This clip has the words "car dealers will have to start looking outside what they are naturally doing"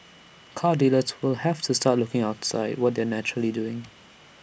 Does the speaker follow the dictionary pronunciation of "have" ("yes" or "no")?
no